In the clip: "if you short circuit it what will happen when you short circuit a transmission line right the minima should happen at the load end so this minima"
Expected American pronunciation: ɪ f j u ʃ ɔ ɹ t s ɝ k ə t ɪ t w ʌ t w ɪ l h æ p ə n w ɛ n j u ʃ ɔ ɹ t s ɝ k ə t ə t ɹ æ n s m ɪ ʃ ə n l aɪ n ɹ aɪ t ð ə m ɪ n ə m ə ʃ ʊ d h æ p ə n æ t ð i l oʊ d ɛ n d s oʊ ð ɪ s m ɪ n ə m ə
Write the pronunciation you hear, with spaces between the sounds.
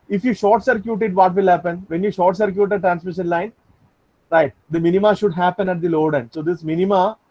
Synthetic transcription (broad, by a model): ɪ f j u ʃ ɔ ɹ t s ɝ k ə t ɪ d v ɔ t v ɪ l h æ p ə n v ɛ n j u ʃ ɔ ɹ t s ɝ k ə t ə t ɹ æ n s m ɪ ʃ ə n l aɪ n ɹ aɪ t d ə m ɪ n ə m ə ʃ ʊ d h æ p ə n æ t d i l oʊ d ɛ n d s oʊ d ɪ s m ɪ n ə m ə